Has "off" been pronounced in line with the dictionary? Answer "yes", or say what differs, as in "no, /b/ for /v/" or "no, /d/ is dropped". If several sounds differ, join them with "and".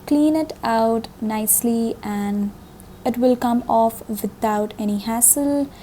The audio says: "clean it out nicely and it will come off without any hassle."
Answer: yes